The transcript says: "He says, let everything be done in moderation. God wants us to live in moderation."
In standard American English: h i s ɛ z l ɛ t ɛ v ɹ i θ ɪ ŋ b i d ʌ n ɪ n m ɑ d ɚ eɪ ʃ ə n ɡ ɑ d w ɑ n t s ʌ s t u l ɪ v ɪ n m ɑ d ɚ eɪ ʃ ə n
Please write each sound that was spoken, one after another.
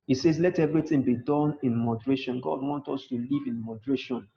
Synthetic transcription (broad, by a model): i s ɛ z l ɛ t ɛ v ɹ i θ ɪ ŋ b i d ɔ n ɪ n m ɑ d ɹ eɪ ʃ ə n ɡ ɑ d w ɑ n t ɔ s t u l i v ɪ n m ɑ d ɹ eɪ ʃ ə n